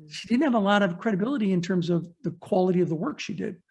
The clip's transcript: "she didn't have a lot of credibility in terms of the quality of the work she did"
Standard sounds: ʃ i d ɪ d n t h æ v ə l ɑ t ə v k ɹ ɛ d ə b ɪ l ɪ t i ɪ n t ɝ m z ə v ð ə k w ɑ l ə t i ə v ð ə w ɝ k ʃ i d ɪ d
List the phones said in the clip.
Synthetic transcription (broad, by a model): ʃ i d ɪ d n t h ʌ v ə l ɑ t ə v k ɹ ɛ d ə b ɪ l ɪ t i ɪ n t ɝ m z ə v ð ə k w ɑ l ə t i ə v ð ə w ɝ k ʃ i d ɪ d